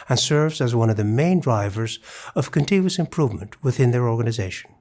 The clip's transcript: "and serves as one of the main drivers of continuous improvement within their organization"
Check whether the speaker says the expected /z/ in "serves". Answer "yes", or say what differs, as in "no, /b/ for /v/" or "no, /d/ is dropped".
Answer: yes